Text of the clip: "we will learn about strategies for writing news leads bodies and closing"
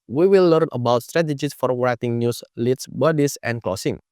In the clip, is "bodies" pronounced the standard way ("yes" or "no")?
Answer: no